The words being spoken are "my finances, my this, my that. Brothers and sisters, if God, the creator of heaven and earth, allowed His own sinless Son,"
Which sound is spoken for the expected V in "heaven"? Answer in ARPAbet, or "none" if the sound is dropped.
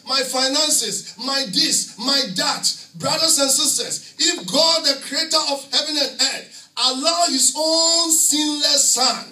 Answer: V